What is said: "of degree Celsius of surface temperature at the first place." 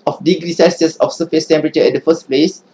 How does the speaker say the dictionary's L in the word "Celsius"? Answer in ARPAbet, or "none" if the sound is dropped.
none